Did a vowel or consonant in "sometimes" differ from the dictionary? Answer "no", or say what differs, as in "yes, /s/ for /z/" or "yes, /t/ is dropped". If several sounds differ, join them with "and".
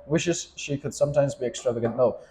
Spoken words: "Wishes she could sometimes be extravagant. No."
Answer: no